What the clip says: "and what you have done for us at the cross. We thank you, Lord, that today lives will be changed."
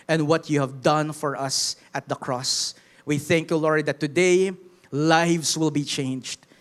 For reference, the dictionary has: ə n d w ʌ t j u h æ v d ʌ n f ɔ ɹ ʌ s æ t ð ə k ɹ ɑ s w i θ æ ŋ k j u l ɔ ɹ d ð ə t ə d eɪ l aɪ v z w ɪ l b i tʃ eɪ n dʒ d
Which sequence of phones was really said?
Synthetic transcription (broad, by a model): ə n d w ʌ t j u h æ v d ʌ n f ɔ ɹ ʌ s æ t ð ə k ɹ ɑ s w i θ æ ŋ k j u l ɔ ɹ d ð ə t ə d eɪ l aɪ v s w ɪ l b i tʃ eɪ n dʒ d